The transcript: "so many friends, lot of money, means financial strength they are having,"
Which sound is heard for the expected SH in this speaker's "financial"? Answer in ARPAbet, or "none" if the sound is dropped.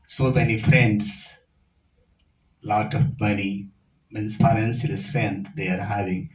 S